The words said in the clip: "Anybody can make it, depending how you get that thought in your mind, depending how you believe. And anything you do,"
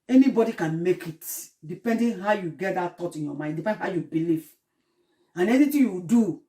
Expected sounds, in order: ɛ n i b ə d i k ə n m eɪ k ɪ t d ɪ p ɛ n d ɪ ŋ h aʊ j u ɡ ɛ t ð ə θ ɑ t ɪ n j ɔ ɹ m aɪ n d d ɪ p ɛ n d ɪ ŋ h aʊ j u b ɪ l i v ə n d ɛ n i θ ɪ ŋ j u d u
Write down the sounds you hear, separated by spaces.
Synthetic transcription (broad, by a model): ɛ n i b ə d i k ə n m eɪ k ɪ t d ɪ p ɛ n d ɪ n h aʊ j u ɡ ɛ t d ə t ɑ t ɪ n j ɔ m aɪ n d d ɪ p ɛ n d h aʊ j u b ɪ l i v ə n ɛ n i t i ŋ j u d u